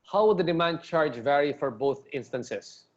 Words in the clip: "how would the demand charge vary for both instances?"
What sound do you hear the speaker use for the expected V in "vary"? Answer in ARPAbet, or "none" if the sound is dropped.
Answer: V